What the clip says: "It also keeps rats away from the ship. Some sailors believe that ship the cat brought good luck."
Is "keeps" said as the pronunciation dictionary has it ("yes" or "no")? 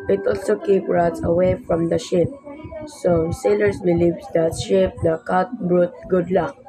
no